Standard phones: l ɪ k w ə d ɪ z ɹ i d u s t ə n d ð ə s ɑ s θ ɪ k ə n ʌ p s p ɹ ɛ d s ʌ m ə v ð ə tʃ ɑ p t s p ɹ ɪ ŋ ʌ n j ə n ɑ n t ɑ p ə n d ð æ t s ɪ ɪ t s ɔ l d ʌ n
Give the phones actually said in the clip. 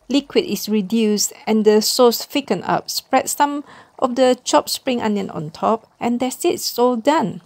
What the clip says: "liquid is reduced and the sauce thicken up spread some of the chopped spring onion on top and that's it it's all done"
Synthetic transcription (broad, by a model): l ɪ k w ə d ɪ s ɹ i d u s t ə n d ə s ɑ s f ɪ k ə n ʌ p s p ɹ ɛ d s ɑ m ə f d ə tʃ ɑ p s p ɹ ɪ ŋ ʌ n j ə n ɑ n t ɑ p ə n d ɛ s ɪ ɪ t s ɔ d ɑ n